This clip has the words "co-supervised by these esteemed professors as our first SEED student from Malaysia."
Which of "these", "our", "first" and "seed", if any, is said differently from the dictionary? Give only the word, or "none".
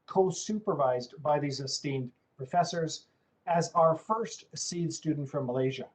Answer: none